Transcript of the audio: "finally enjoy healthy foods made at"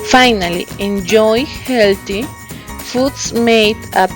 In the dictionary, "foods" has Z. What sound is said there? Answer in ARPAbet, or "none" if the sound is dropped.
S